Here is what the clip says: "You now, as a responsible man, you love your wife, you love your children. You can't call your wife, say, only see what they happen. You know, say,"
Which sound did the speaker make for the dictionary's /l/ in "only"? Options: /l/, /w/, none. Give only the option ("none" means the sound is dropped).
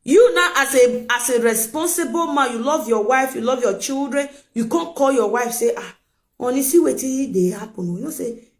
none